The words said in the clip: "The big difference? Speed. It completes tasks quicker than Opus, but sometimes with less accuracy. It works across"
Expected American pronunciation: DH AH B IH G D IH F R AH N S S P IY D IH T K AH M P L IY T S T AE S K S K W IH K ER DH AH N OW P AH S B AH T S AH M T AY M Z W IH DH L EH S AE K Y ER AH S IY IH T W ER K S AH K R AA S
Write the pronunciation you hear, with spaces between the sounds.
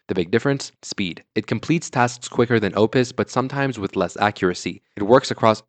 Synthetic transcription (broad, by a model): DH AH B IH G D IH F R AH N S S P IY D IH T K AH M P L IY T S T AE S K S K W IH K ER DH AH N OW P AH S B AH T S AH M T AY M Z W IH DH L EH S AE K Y ER AH S IY IH T W ER K S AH K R AA S